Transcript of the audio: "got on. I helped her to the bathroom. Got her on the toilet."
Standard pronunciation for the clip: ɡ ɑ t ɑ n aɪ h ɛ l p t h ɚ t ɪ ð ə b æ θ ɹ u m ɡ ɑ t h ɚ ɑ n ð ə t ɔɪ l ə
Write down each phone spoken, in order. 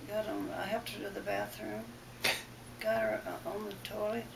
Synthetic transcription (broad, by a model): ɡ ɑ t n aɪ h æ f t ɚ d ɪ ð ə b æ θ ɹ u m ɡ ɑ t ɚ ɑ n ð ə t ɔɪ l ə